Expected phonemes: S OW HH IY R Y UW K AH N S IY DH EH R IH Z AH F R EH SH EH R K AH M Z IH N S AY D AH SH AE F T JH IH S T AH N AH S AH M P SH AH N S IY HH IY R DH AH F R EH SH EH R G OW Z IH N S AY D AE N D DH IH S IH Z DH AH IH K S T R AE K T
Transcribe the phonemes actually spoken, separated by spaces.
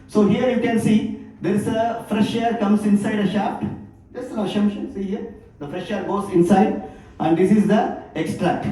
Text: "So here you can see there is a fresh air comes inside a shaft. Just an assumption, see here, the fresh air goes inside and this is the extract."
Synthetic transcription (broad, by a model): S OW HH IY R Y UW K AH N S IY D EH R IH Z AH F R EH SH EH R K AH M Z IH N S AY D AH SH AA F T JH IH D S AH N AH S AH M SH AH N S IY HH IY R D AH F R EH SH EH R G OW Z IH N S AY D AE N D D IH S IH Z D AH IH K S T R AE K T